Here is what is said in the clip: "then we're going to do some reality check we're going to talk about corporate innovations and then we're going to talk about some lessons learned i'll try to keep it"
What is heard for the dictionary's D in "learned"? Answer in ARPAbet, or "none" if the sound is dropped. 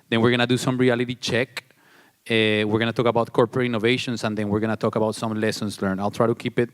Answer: none